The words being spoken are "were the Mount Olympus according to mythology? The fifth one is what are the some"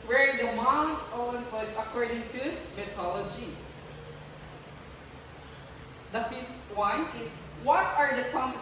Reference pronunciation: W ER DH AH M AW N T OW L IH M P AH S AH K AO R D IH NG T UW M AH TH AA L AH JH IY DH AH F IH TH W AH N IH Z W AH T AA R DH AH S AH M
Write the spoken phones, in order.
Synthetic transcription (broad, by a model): W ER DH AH M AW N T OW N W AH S AH K AO R D IH NG T UW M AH T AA L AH JH IY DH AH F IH S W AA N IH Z W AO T AA R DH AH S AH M